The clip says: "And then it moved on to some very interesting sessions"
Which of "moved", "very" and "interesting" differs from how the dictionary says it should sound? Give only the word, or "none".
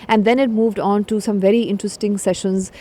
none